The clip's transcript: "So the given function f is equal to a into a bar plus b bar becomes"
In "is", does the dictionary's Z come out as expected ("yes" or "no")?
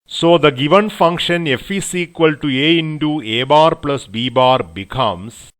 no